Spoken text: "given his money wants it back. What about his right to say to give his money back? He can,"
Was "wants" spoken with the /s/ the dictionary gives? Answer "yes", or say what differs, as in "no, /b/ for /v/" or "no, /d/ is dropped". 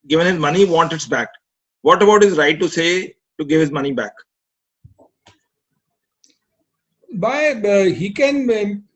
no, /s/ is dropped